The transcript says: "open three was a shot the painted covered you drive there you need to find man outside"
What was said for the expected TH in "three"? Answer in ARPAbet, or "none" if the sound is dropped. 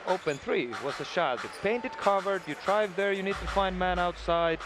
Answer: TH